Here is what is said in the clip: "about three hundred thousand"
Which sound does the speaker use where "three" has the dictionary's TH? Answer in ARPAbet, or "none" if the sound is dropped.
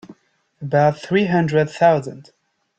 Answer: TH